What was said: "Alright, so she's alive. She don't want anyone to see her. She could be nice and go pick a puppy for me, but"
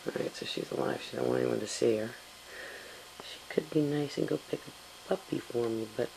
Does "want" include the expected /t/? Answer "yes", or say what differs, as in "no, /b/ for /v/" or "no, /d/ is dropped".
no, /t/ is dropped